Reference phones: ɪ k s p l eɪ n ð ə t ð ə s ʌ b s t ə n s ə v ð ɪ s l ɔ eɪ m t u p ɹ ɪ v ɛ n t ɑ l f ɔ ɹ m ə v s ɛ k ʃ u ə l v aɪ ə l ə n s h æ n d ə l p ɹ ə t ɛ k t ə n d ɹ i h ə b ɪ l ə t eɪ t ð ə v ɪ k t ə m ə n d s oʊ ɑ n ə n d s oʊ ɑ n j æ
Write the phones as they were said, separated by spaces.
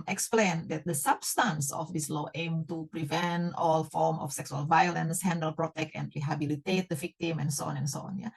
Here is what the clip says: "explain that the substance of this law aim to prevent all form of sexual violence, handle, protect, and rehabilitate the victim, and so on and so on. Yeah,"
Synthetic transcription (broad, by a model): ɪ k s p l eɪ n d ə t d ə s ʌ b s t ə n s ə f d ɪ s l ɔ eɪ m t u p ɹ ɪ v ɛ n t ɑ l f ɔ ɹ m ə f s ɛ k s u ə l v aɪ ə l ə n s h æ n d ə l p ɹ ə t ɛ k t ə n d ɹ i h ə b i l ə t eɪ t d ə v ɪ k t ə m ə n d s oʊ ɑ n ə n s oʊ ɑ n j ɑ